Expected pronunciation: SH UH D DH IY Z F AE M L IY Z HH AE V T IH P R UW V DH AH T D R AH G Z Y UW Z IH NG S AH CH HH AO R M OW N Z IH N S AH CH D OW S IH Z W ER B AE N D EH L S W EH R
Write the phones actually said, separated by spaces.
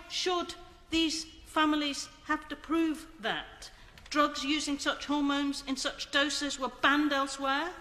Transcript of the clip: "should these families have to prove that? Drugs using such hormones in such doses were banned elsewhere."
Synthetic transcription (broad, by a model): SH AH D DH IY Z F AE M L IY Z HH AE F T IH P R UW V DH AH T D R AH G Z Y UW Z IH NG S AH CH HH AO R M OW N Z IH N S AH CH D OW S IH Z W ER B AE N D EH L S W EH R